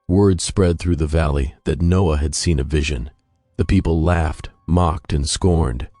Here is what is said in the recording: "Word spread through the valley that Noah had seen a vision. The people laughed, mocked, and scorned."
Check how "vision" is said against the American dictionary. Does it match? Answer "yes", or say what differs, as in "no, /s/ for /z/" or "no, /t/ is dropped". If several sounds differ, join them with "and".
yes